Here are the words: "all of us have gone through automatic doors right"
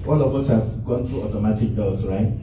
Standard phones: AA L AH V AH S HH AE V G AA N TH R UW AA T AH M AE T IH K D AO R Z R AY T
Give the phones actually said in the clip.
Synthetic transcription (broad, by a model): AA L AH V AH S HH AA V G AA N T R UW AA T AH M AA T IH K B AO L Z R AY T